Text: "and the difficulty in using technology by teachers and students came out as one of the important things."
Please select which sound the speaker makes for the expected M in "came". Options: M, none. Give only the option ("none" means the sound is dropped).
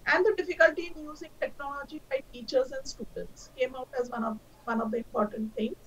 M